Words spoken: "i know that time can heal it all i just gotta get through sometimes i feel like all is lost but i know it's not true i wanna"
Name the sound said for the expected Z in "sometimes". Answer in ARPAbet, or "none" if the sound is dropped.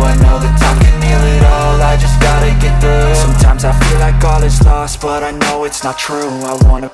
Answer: Z